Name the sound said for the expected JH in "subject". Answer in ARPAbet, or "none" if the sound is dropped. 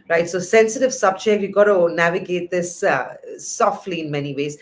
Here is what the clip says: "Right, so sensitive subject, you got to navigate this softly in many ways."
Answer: CH